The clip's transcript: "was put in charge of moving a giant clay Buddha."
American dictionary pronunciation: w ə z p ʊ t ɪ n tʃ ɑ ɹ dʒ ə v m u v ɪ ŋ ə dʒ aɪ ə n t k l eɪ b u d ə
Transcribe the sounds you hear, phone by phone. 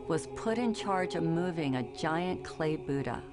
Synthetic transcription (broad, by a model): w ə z p ʊ t ɪ n tʃ ɑ ɹ dʒ ə v m u v ɪ ŋ ə dʒ aɪ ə n k l eɪ b u d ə